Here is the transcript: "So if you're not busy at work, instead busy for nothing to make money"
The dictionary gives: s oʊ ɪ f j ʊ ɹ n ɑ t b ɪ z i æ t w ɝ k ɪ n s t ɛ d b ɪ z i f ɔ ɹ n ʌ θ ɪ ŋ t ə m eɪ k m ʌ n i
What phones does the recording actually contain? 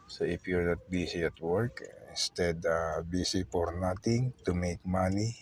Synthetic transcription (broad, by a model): s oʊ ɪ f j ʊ ɹ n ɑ t b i s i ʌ t w ɝ k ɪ n s t ɛ d b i s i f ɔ ɹ n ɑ t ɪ ŋ t ə m eɪ k m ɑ n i